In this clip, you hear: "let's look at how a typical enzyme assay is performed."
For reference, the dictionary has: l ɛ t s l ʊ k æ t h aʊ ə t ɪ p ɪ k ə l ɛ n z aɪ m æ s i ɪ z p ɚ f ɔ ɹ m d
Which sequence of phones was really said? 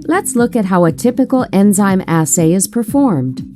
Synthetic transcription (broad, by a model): l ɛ t s l ʊ k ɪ t h aʊ ə t ɪ p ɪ k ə l ɛ n z aɪ m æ s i ɪ z p ɚ f ɔ ɹ m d